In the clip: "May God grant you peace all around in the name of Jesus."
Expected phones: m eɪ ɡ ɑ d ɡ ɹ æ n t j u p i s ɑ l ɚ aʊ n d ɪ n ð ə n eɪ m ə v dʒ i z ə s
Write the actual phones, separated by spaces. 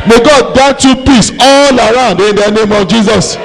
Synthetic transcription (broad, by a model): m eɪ ɡ ɑ d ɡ ɑ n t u p i s ɑ l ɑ aʊ n d ɪ n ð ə n eɪ m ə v dʒ i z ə s